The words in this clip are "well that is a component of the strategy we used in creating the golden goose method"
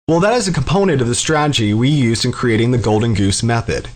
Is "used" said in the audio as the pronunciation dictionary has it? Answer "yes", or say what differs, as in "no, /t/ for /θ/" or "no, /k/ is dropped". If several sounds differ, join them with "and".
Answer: yes